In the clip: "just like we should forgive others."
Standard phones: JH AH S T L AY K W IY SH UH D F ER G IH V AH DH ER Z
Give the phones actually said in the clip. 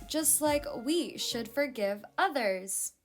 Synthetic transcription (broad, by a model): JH AH S T L AY K W IY SH UH D F ER G IH V AH DH ER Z